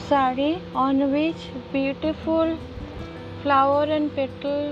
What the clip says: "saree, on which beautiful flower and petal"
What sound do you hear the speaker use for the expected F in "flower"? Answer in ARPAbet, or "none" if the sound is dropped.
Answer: P